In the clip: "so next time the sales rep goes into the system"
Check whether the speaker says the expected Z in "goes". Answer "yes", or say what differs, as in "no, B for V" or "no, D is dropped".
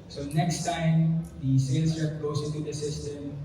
no, S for Z